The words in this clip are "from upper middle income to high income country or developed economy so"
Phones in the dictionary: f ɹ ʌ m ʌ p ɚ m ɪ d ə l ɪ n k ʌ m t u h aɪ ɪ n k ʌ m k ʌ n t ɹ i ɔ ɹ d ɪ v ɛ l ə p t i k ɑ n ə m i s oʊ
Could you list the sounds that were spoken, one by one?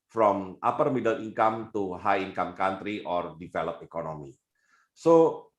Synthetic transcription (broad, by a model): f ɹ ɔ m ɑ p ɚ m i d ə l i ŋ k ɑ m t u h aɪ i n k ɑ m k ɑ n t ɹ i ɔ ɹ d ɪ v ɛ l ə p i k ɑ n ə m i s oʊ